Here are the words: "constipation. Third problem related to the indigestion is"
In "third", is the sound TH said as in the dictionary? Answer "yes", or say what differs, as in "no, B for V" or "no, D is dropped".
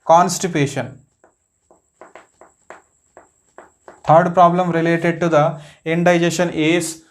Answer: no, T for TH